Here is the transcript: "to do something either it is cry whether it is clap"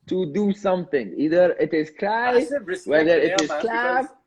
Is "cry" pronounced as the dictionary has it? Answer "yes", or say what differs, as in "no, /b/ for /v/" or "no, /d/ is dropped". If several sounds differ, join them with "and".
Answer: no, /l/ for /ɹ/